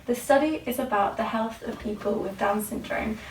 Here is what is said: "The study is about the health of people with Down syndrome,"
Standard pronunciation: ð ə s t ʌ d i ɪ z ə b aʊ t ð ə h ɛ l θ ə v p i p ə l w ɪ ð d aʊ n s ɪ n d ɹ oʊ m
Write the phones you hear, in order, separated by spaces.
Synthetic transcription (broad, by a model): ð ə s t ʌ d i ɪ z ə b aʊ t ð ə h ɛ l θ ə v p i p ə l w ɪ ð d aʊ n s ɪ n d ɹ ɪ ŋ